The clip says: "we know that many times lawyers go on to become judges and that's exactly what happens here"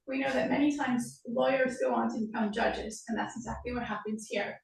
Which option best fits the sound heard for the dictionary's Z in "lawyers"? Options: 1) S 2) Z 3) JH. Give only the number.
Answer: 2